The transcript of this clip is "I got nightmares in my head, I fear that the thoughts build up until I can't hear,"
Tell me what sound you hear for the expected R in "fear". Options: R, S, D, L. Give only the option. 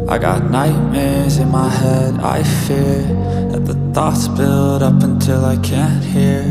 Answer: R